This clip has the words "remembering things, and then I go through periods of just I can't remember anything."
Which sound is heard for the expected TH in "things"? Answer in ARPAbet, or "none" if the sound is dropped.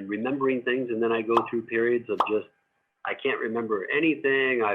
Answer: TH